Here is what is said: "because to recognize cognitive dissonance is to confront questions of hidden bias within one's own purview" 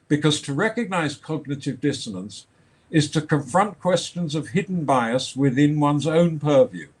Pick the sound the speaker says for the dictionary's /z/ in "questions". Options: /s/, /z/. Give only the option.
/z/